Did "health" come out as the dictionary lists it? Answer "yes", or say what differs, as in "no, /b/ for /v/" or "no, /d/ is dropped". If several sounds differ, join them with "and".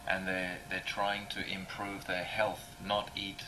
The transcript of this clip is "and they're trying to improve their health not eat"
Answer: yes